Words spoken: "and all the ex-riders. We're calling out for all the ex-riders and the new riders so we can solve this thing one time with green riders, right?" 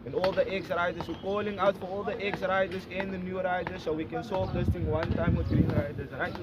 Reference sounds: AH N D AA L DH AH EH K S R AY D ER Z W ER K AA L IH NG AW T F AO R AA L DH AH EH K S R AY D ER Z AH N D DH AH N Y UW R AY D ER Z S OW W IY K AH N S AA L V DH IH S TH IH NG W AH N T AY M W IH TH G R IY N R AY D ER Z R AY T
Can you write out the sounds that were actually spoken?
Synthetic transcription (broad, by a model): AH N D AA L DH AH EH K S R AY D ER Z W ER K AA L IH NG AW T F AO R AA L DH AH EH K S R AY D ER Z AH N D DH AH N Y UW R AY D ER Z S OW W IY K AH N S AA L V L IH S T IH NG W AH N T AY M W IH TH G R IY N R AY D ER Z R AY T